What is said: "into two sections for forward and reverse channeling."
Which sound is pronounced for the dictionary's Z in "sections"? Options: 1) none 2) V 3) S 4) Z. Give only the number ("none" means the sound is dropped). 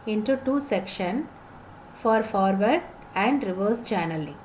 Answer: 1